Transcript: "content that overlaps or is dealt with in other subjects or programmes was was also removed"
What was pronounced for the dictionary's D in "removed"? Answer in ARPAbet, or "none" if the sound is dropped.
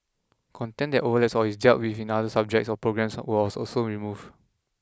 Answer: none